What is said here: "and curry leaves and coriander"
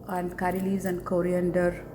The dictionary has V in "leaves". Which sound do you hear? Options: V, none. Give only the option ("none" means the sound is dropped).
none